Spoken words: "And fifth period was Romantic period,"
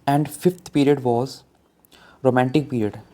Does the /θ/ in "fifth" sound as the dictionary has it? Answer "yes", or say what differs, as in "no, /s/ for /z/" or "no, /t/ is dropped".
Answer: no, /t/ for /θ/